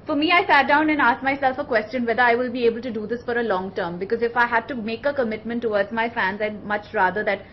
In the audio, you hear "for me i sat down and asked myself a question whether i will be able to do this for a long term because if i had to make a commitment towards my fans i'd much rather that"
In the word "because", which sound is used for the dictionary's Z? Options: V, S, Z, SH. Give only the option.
Z